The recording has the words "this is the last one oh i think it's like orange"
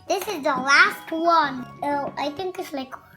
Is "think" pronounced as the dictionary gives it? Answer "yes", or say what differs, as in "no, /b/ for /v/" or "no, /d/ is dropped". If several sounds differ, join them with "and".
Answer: no, /t/ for /θ/